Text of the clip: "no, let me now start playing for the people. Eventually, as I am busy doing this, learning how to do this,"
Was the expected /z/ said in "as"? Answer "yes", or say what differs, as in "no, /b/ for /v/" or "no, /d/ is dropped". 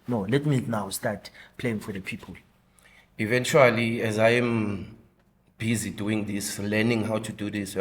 yes